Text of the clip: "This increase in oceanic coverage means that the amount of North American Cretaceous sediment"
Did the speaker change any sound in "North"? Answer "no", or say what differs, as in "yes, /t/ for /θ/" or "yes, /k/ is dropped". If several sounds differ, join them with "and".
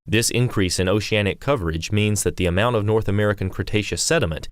no